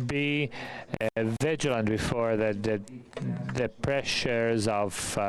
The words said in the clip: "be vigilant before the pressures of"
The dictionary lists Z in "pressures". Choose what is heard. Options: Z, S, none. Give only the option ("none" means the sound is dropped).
Z